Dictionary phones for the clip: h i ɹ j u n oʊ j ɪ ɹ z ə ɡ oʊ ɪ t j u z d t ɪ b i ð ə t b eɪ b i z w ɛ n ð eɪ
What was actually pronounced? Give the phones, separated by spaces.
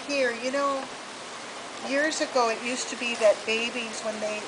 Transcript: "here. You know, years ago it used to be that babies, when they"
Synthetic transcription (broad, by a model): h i ɹ j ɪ n oʊ j ɪ ɹ z ə ɡ oʊ ɪ t j u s t ɪ b i ð ə t b eɪ b i z w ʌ n ð eɪ